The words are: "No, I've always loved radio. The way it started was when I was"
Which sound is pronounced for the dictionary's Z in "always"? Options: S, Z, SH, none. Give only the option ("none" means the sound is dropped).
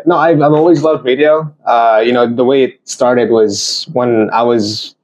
Z